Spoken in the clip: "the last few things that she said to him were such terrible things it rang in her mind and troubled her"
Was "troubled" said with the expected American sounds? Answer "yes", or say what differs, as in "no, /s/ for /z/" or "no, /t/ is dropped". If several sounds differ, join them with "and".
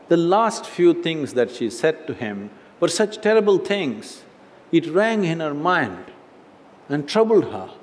yes